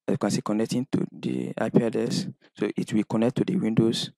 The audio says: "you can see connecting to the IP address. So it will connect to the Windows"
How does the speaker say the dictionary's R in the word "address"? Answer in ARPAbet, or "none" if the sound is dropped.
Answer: none